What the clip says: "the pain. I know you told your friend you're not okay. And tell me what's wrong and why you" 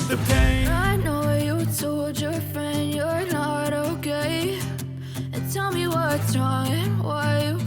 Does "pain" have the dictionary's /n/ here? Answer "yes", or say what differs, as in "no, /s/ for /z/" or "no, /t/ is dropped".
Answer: no, /n/ is dropped